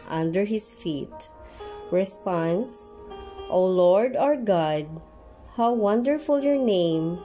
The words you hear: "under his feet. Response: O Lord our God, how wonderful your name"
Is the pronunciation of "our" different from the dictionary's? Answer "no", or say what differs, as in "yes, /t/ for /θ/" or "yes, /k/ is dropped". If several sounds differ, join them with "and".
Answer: no